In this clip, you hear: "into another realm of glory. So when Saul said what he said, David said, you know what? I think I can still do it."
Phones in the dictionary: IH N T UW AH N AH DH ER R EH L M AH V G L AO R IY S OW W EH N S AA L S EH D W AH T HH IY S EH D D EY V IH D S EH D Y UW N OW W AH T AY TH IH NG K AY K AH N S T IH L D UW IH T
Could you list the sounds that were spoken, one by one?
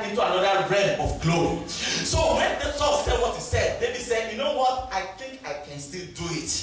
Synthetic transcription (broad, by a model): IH N T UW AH N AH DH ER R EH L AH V G L AO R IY S OW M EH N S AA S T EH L W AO T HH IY S EH D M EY B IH S EH D Y UW N OW W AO T AY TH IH NG K AY K AH N S T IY L D UW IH T